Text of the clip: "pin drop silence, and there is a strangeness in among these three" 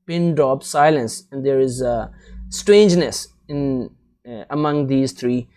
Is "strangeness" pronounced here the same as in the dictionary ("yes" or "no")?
yes